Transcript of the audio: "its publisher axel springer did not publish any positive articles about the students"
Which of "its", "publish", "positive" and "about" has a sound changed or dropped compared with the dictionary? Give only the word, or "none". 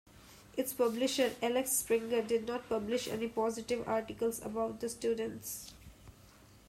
none